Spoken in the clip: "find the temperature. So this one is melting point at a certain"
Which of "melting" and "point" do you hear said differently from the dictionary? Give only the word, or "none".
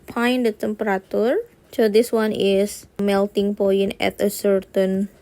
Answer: point